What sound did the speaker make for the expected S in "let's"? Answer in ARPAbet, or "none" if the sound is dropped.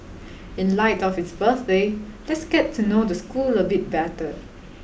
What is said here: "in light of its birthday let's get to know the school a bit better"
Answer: S